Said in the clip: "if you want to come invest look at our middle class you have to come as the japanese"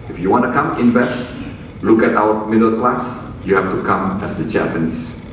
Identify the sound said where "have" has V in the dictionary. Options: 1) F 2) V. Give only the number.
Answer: 1